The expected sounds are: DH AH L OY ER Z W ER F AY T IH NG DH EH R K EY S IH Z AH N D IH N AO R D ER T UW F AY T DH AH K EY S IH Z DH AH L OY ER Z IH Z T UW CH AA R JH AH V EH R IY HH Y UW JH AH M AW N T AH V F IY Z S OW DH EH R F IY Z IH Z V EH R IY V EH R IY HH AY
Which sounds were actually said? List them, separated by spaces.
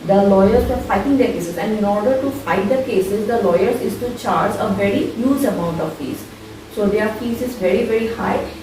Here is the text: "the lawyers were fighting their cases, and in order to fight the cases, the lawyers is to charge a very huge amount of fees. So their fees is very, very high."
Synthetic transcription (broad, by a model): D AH L OY ER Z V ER F AY T IH NG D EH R K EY S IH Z AH N D IH N AO R D ER T UW F AY T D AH K EY S IH Z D AH L OY ER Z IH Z T UW CH AA R JH AH V EH R IY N Y UW Z AH M AW N T AH V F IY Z S OW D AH R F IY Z IH Z V EH R IY V EH R IY HH AY